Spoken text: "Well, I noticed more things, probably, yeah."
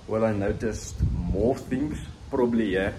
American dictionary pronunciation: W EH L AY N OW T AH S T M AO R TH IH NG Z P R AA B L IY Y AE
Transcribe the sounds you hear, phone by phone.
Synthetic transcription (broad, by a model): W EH L AY N OW T AH S T M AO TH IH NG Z P R AA B L IY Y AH